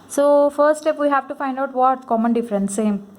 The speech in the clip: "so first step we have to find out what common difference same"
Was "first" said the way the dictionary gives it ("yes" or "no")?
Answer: no